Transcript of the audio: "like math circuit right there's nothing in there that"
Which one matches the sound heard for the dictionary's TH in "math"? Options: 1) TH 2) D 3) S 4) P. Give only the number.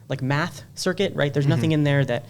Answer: 1